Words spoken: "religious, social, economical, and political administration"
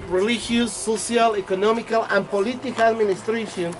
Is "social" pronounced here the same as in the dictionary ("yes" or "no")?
no